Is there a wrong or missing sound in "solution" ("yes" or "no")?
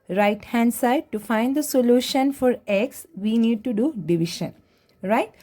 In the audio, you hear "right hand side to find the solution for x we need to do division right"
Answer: no